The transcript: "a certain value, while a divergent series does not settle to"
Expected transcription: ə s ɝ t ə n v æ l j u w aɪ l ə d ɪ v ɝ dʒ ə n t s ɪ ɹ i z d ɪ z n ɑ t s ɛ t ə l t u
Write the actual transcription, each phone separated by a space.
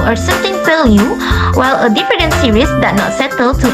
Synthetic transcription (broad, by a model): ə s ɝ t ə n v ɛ l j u w aɪ l ə d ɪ f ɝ ə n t s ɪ ɹ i s d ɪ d n ɑ t s ɛ t ə l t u